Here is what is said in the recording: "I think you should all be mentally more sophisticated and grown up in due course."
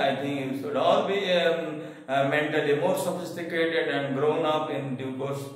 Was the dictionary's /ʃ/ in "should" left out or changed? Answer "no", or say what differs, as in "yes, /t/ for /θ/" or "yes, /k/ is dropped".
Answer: yes, /s/ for /ʃ/